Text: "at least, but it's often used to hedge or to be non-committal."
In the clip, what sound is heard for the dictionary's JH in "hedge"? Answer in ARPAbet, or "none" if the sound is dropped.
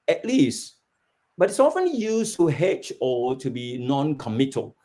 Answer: CH